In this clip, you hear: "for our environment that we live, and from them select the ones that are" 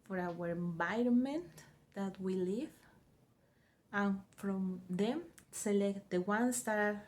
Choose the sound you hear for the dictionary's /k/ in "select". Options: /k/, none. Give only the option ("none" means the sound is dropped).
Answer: /k/